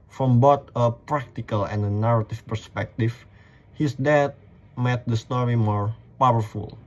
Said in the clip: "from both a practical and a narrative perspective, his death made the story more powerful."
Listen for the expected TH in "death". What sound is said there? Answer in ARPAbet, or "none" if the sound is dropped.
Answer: T